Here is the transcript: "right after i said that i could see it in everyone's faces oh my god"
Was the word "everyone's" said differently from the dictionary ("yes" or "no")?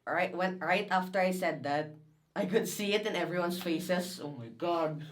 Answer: yes